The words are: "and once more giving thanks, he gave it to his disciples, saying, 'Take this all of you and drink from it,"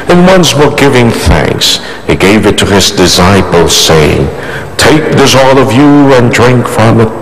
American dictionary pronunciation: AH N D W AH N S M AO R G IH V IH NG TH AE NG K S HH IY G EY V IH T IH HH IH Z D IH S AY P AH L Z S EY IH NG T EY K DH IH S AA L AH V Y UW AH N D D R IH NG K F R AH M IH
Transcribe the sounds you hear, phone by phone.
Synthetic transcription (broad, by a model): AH N W AH N S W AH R G IH V IH NG TH AE NG K S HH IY G EY V IH T IH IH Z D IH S AY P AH L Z S EY IH NG T EY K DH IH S AA L AH V Y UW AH N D D R IH NG K F R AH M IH